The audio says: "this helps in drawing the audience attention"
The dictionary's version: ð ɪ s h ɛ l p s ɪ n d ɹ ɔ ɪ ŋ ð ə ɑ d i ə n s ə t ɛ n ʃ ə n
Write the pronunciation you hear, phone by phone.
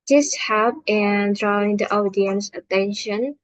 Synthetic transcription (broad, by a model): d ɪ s h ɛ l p ɪ n d ɹ ɔ ɪ ŋ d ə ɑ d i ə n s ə t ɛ n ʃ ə n